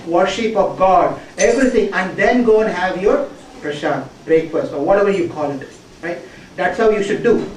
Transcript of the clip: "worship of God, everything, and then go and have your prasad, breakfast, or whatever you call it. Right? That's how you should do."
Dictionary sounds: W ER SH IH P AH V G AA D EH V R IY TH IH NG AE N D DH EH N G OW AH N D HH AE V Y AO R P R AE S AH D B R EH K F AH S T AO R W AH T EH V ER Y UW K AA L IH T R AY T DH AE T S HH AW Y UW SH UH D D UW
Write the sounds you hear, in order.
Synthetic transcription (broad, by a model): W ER SH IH P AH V G AA D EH V R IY T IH NG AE N D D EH N G OW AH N HH AE V Y AO R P R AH SH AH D B R EH K F AH S T AO R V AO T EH V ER Y UW K AA L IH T R AY T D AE T S HH AW Y UW SH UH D D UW